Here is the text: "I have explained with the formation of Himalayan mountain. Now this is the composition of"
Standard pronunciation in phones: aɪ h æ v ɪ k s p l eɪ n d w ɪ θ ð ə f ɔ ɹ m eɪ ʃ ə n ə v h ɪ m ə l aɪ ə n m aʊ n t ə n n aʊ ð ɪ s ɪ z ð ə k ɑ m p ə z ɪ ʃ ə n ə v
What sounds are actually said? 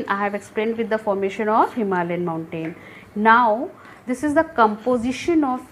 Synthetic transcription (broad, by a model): aɪ h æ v ɪ k s p l eɪ n d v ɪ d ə f ɔ ɹ m eɪ ʃ ə n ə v h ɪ m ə l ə n m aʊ n t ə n n aʊ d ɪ s ɪ z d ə k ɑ m p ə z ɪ ʃ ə n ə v